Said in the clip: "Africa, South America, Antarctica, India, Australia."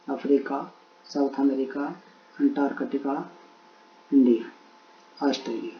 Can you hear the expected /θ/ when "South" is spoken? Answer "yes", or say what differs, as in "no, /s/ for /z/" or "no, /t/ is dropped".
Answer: no, /t/ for /θ/